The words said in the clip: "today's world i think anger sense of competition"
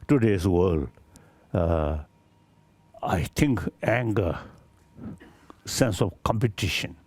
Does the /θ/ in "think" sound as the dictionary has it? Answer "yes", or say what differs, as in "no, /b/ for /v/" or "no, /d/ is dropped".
no, /t/ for /θ/